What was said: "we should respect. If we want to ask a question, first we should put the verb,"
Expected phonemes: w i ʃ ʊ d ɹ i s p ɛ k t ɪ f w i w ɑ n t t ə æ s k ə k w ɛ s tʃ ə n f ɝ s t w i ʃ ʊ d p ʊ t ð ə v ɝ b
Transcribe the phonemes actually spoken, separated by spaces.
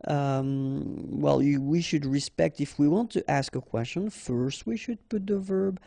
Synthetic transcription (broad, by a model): w i ʃ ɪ d ɹ i s p ɛ k t ɪ f w i w ɑ n t t æ s k ə k w ɛ s tʃ ə n f ɝ s t w i ʃ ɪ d p ʊ t ð ə v ɝ b